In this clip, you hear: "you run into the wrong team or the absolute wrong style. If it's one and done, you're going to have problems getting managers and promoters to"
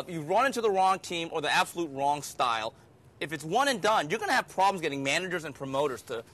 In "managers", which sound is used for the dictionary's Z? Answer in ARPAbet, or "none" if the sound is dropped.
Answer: Z